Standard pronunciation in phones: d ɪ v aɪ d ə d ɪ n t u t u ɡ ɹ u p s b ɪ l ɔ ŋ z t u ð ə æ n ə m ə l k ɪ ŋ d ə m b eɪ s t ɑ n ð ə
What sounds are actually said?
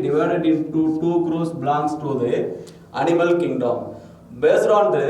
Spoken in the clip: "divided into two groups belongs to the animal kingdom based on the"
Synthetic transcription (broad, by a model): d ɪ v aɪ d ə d ɪ n t u t u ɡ ɹ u s b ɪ l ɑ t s t u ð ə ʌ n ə m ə l k ɪ ŋ d ə m b eɪ s t ɑ n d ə